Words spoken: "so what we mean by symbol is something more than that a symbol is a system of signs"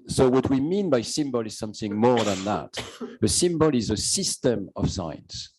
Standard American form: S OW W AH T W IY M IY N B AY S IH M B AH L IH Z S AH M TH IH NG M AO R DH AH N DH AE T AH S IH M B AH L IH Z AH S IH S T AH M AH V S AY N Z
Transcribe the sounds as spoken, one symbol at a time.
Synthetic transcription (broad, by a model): S OW W AH T W IY M IY N B AY S IH M B AH L IH Z S AH M TH IH NG M AO R DH AH N DH AE T AH S IH M B AH L IH Z AH S IH S T AH M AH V S AY N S